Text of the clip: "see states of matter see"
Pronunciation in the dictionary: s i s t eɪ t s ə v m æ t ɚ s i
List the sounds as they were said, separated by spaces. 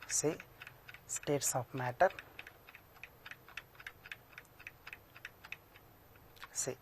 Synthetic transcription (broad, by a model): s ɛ s t eɪ t s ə p m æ t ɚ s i